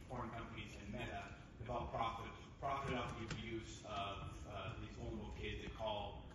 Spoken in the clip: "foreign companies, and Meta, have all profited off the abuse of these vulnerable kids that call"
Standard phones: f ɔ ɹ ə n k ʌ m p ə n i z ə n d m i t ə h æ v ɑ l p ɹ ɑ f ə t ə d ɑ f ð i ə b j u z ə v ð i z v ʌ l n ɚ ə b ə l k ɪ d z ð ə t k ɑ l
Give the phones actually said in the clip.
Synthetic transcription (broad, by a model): f ɔ ɹ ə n k ʌ m p ə n i z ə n m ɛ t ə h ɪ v ɑ l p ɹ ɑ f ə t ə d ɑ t ð i ə b j u z ə v ð i z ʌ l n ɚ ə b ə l k ɪ d z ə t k ɑ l